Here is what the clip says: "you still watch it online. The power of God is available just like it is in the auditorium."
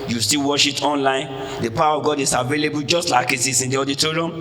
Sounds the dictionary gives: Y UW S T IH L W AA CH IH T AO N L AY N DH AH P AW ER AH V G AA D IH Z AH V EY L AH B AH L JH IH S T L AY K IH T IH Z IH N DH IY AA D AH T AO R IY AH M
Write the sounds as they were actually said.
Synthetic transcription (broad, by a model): Y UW S T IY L W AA SH IH T AO N L AY N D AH P AW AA AH V G AA D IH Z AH V EY L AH B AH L JH IH S T L AY K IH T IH S IH N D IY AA D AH T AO R IY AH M